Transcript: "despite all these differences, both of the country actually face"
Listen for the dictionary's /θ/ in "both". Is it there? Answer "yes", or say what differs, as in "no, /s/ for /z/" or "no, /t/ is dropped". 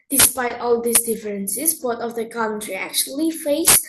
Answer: no, /t/ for /θ/